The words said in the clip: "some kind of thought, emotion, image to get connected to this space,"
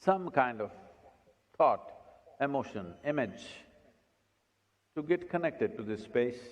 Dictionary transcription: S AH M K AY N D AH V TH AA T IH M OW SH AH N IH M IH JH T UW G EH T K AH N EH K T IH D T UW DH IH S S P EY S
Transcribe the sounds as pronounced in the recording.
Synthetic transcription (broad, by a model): S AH M K AY N D AH V T AA T IH M OW SH AH N IH M IH JH T UW G EH T K AH N EH K T IH D T UW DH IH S S P EY S